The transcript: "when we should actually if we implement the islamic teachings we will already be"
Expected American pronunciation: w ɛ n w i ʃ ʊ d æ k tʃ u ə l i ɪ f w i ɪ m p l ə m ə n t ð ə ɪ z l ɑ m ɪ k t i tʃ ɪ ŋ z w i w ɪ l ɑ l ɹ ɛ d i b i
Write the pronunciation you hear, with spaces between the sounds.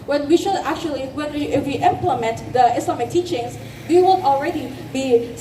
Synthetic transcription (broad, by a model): w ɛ n w i ʃ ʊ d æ k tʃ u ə w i ɪ f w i ɪ m p l ə m ə n t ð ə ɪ s l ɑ m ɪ k t i tʃ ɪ ŋ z w i w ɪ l ɑ l ɹ ɛ d i b i